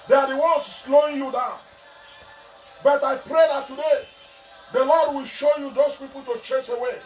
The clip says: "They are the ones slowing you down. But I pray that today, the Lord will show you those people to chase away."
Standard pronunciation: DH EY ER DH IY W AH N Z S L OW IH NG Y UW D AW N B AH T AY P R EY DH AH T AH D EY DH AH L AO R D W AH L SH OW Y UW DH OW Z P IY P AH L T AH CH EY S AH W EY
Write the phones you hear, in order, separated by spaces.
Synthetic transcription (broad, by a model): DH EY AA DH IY W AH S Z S L OW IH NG Y UW D AW N B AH T AY P R EY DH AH T AH D EY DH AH L AO D W AH L SH OW Y UW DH OW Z P IY P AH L T AH CH EY S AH W EY